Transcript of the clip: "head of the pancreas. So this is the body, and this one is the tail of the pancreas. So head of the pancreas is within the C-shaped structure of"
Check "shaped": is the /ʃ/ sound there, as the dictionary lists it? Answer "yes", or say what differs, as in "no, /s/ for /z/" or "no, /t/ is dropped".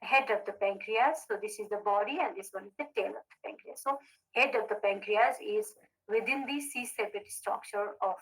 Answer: no, /s/ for /ʃ/